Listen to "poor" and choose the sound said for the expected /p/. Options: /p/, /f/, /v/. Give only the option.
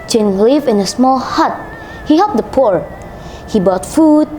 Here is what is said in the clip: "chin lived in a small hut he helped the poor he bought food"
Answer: /p/